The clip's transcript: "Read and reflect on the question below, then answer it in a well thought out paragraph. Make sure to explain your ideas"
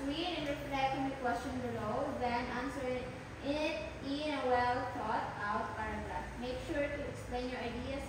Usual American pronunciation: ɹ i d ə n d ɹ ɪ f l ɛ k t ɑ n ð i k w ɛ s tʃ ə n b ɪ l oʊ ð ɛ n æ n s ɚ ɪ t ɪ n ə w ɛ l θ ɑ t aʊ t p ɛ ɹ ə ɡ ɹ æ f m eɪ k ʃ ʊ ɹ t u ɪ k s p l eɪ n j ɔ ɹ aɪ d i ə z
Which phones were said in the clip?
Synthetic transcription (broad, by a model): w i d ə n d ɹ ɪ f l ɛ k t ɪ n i k w ɛ s tʃ ə n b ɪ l oʊ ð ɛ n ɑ n s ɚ ɪ t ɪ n ə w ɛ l t ɑ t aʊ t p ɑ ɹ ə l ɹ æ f m eɪ k ʃ ʊ ɹ t u ɪ k s p l eɪ n j ɔ ɹ aɪ d i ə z